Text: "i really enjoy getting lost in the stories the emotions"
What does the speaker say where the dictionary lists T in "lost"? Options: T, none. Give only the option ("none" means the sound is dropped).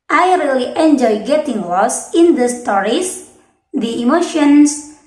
none